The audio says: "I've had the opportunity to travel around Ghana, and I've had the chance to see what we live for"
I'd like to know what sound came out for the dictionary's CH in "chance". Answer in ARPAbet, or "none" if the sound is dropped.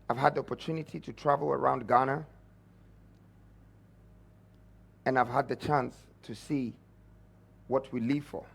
CH